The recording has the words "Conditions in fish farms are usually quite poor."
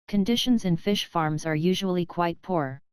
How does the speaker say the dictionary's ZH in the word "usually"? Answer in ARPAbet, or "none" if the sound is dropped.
ZH